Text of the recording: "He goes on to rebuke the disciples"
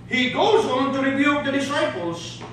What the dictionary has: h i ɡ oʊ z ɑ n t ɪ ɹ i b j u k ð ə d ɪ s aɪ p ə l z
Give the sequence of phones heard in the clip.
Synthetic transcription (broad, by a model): h i ɡ oʊ z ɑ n t ɪ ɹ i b j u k ð ə d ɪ s aɪ p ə l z